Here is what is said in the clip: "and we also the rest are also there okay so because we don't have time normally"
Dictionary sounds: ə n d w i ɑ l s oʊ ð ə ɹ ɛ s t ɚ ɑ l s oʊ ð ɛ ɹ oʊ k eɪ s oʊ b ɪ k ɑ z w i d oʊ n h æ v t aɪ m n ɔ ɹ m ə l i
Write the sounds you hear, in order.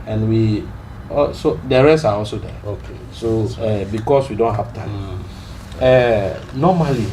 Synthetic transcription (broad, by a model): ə n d w i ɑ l s oʊ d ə ɹ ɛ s ɑ ɑ l s oʊ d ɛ oʊ k eɪ s oʊ b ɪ k ɑ s w i d oʊ n h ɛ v t aɪ m n ɔ m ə l i